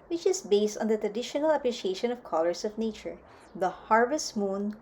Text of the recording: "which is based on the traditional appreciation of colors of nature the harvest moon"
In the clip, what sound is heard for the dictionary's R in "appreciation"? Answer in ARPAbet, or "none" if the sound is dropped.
R